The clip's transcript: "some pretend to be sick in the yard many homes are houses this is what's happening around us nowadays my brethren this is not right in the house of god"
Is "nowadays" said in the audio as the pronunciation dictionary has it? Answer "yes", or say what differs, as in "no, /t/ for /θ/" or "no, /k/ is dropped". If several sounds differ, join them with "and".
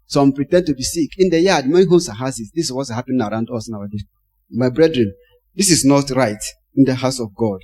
no, /z/ is dropped